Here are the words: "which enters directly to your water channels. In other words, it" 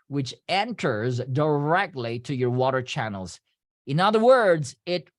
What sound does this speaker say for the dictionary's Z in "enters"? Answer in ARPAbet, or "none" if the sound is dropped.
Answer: Z